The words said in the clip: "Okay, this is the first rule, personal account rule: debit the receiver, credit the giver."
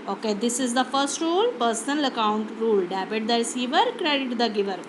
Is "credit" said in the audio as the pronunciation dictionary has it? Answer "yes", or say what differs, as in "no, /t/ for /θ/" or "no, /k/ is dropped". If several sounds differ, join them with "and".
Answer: yes